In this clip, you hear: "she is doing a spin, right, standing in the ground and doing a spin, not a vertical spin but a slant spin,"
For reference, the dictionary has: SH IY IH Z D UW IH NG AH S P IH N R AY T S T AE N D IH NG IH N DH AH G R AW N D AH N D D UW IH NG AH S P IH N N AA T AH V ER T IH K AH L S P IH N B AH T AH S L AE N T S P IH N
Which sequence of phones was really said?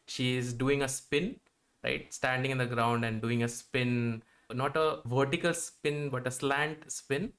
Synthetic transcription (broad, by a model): SH IY IH Z D UW IH NG AH S P IH N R AY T S T AE N D IH NG IH N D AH G R AW N D AH N D D UW IH NG AH S P IH N N AA T AH V ER T IH K AH L S P IH N B AH T AH S L AE N T S P IH N